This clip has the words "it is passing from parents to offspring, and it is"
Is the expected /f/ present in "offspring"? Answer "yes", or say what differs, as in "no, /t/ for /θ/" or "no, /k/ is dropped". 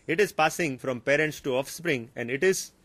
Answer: yes